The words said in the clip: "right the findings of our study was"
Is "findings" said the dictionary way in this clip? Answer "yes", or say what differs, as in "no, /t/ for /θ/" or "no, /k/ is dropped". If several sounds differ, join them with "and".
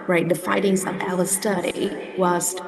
no, /n/ is dropped